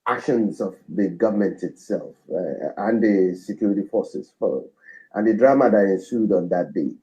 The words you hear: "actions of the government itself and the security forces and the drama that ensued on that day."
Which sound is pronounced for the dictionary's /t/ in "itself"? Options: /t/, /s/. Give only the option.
/t/